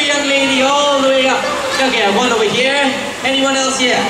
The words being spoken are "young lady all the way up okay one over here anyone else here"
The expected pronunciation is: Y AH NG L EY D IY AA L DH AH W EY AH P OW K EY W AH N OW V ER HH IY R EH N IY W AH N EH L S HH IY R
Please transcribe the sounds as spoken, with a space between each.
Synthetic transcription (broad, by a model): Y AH NG L EY D IY AA L DH AH W EY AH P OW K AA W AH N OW ER HH IY R EH N IY W AH N EH L S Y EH